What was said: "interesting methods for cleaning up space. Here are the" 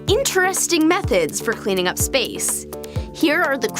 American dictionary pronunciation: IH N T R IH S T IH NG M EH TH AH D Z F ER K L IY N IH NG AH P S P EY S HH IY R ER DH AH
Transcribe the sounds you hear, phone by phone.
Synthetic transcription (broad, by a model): IH N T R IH S T IH NG M EH TH AH D Z F ER K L IY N IH NG AH P S P EY S HH IY R ER DH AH